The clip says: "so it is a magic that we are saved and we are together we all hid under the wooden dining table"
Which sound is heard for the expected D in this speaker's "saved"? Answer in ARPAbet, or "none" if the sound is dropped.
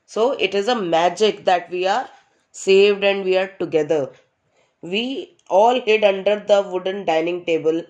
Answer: D